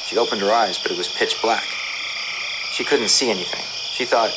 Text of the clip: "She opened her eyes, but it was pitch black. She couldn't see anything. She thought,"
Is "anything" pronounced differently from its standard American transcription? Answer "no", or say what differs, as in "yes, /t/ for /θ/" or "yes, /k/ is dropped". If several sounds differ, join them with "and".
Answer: no